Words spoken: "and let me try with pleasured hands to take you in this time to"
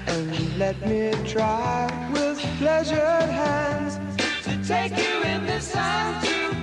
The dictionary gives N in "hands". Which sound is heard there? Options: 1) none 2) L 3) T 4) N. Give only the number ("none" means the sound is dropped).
4